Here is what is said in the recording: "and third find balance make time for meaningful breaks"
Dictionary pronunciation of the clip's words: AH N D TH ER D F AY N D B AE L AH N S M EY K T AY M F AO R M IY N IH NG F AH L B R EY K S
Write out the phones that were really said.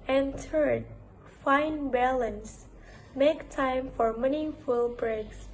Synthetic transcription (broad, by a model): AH N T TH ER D F AY N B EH L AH N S M EY K T AY M F AO R M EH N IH F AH L B R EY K S